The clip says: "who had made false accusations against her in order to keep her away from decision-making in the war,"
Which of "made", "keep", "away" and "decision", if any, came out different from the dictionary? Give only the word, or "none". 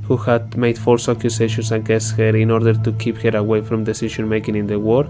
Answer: decision